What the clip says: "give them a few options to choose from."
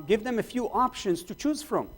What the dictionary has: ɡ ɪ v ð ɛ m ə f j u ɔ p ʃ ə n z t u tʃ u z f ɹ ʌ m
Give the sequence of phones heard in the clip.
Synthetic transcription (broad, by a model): ɡ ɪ v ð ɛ m ə f j u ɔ p ʃ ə n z t u tʃ u z f ɹ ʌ m